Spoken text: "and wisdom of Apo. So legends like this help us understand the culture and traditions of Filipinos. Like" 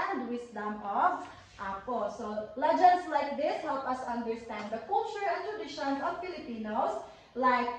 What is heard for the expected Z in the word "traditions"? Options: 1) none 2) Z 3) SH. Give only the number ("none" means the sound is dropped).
1